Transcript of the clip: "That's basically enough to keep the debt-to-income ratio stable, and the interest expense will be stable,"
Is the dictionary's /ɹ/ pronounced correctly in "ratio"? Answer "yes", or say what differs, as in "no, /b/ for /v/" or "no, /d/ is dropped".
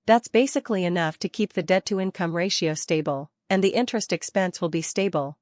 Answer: yes